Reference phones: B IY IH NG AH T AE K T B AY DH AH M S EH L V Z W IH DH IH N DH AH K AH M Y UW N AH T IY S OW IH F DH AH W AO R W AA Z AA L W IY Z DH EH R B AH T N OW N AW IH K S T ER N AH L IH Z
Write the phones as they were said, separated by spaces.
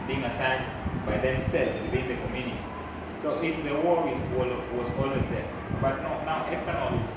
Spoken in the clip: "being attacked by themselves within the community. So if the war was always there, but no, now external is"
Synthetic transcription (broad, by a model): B IY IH NG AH T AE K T B AY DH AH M S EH L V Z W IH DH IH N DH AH K AH M Y UW N AH T IY S OW IH F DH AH W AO W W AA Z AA L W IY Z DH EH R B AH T N OW N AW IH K S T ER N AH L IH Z